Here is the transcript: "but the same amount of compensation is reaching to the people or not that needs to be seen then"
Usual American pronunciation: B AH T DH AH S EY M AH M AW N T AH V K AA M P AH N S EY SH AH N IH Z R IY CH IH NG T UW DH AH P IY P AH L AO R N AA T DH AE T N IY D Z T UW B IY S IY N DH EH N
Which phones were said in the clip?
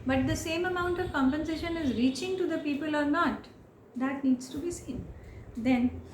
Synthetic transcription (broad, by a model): B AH T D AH S EY M AH M AW N T AH V K AA M P AH N S EY SH AH N IH Z R IY CH IH NG T UW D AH P IY P AH L AO R N AA T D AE T N IY D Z T UW B IY S IY N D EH N